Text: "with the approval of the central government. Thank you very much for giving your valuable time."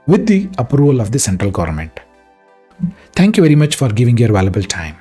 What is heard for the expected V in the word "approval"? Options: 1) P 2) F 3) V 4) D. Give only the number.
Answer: 3